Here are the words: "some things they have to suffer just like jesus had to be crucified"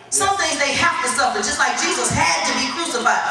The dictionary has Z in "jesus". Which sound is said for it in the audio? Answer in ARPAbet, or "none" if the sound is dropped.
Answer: Z